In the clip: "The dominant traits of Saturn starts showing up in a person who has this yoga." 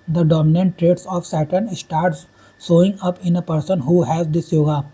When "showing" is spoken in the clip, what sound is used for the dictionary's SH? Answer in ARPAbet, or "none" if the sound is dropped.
S